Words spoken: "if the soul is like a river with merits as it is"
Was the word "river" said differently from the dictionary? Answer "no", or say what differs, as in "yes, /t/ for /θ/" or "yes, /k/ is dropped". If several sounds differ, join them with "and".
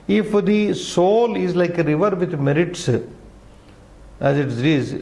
no